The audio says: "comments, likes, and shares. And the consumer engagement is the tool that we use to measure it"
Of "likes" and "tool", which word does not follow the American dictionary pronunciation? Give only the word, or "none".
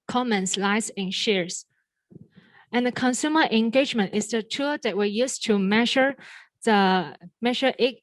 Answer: likes